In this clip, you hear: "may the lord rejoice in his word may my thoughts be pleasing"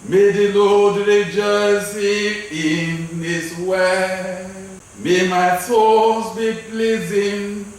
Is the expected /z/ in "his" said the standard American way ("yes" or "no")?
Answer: no